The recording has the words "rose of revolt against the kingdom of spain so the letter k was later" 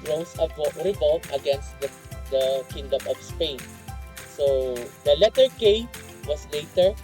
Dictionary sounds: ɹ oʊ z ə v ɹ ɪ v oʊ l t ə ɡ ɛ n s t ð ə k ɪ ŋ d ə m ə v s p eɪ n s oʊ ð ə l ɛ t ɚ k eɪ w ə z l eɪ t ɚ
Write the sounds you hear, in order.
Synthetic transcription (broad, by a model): ɹ oʊ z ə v ɹ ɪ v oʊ l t ə ɡ ɛ n s t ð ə k ɪ ŋ d ə m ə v s p eɪ n s oʊ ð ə l ɛ t ɚ k eɪ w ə s l eɪ t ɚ